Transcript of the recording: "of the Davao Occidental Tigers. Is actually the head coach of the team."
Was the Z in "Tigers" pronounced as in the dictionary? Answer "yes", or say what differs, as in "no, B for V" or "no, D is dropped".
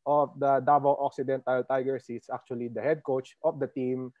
no, S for Z